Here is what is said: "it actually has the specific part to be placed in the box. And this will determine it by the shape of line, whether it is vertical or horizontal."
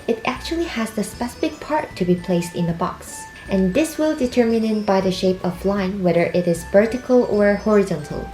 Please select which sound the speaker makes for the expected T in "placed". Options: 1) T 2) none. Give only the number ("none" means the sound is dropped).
1